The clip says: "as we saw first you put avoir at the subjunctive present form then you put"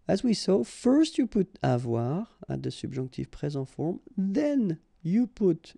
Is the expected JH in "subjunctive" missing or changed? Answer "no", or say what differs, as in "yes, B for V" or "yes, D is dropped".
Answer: yes, ZH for JH